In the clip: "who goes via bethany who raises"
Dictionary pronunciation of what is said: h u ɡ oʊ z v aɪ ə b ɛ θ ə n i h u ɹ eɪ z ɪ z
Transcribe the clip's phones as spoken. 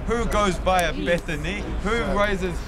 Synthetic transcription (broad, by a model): h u ɡ oʊ z b aɪ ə b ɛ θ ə n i h u ɹ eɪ z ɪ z